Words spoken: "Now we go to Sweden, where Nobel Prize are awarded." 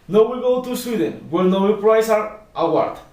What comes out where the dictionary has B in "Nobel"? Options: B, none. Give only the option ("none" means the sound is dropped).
none